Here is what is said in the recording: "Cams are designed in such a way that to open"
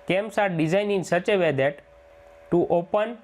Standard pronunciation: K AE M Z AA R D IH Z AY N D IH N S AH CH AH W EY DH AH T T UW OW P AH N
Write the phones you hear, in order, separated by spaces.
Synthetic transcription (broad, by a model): K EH M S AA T D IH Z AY N IH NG S AH CH AH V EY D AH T T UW OW P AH N